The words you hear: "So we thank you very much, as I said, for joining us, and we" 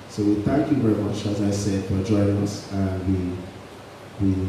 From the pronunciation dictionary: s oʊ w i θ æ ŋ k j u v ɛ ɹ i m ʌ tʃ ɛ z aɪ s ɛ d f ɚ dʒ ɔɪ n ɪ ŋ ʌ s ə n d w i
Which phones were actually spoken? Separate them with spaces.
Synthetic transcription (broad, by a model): s oʊ w i θ æ ŋ k j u v ɛ ɹ i m ʌ tʃ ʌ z aɪ s ɛ d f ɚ dʒ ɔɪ ɪ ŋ ʌ s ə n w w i